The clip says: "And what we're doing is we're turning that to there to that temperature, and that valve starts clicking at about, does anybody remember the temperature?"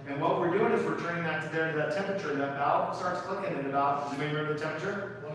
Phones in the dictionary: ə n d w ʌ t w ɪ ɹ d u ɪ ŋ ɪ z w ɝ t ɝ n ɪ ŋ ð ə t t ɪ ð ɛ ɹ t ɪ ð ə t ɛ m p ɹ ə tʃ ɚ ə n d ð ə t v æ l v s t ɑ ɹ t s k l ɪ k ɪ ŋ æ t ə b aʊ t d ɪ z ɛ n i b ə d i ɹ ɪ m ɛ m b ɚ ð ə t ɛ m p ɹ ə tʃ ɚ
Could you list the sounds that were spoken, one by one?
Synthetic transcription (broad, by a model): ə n w ʌ t w ɪ ɹ d u ɪ ŋ ɪ z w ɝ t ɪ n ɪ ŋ ð ə t t ɪ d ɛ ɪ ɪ ð ə t ɛ m p ɹ ə tʃ ɚ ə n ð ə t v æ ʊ s t ɑ ɹ t s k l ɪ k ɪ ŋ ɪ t ə b aʊ t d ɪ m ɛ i ə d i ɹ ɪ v ð ə t ɛ m p ɹ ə tʃ ɚ